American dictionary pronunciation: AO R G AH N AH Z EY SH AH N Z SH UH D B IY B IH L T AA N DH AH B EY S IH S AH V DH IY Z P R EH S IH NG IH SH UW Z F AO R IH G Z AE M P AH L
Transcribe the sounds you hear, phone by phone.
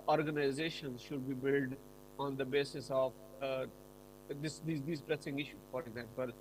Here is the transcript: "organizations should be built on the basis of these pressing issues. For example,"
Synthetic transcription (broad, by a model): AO R G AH N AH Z EY SH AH N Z SH UH D B IY B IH L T AA N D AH B EY S IH S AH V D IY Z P R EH S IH NG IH SH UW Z F AO R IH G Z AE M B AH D